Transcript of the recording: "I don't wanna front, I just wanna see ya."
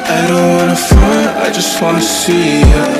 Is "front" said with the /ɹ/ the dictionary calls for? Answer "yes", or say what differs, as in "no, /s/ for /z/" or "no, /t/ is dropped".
no, /ɹ/ is dropped